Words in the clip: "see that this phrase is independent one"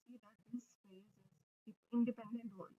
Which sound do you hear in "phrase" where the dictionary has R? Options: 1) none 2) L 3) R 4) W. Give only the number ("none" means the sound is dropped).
1